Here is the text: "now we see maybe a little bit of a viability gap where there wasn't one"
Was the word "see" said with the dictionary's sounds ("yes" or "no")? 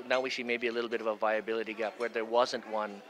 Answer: no